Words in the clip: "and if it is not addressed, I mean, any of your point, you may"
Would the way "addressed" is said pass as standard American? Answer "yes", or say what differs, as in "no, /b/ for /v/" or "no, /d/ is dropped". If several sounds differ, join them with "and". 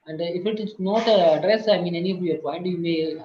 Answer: no, /t/ is dropped